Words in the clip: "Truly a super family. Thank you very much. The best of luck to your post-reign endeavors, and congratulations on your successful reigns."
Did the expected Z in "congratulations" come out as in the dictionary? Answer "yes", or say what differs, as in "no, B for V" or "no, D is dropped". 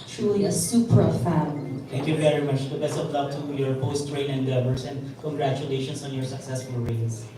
no, S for Z